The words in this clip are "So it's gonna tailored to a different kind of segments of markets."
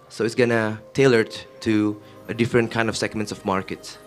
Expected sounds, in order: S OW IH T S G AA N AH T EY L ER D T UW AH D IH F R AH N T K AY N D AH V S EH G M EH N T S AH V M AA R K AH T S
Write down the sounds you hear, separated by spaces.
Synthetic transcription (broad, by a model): S OW IH T S G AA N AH T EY L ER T T UW AH D IH F R AH N T K AY N D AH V S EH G M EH N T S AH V M AA R K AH T S